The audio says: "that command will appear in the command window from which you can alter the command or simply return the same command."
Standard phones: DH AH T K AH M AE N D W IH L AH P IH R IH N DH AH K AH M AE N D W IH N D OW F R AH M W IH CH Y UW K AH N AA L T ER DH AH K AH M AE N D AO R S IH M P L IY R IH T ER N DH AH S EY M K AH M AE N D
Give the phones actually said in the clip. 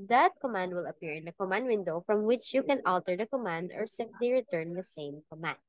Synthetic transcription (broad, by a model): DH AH T K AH M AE N D W IH L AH P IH R IH N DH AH K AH M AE N D W IH N D OW F R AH M W IH CH Y UW K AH N AA L T ER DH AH K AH M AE N D AO R S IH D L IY R IH T ER N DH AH S EY M K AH M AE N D